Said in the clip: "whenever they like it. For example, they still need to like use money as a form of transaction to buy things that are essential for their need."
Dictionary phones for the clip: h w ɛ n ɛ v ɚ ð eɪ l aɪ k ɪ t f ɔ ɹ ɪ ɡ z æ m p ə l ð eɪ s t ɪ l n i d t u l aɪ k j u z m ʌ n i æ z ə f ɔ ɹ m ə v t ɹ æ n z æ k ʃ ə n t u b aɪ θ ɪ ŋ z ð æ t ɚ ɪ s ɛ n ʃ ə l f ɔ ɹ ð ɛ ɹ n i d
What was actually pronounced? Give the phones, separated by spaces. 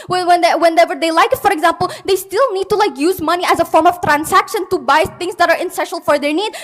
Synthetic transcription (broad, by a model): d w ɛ n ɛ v ɚ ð eɪ l aɪ k ɪ t f ɔ ɹ ɪ ɡ z æ m p ə l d eɪ s t ɪ l n i d t u l aɪ k j u z m ʌ n i æ z ə f ɔ ɹ m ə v t ɹ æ n s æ k ʃ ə n t u b aɪ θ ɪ ŋ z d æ t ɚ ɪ s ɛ ʃ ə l f ɔ ɹ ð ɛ ɹ n i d